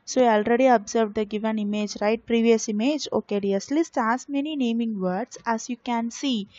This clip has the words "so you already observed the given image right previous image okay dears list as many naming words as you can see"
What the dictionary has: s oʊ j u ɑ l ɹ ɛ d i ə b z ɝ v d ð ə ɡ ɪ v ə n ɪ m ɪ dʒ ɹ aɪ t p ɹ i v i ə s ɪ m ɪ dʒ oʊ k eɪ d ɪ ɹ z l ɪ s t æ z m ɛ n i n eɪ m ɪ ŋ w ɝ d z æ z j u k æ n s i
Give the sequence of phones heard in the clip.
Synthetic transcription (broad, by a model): s oʊ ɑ ɑ l ɹ ɛ d i ə b z ɝ v d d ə ɡ ɪ v ə n ɪ m ɪ dʒ ɹ aɪ t p ɹ i v i ə s ɪ m ɪ dʒ oʊ k eɪ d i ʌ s l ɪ s t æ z m ɛ n i n eɪ m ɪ ŋ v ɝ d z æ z j u k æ n s i